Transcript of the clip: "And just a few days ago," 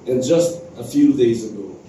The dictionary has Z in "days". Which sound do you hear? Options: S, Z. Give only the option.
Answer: Z